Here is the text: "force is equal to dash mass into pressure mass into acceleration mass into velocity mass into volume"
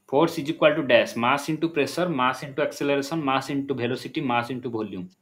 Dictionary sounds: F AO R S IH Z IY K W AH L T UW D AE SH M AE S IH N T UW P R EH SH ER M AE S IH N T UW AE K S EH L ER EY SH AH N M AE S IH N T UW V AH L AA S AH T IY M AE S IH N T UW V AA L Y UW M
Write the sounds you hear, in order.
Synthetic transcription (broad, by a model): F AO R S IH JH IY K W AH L T UW D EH S M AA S IH N T UW P R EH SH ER M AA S IH N T UW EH K S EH L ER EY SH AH N M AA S IH N T UW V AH L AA S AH T IY M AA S IH N T UW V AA L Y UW M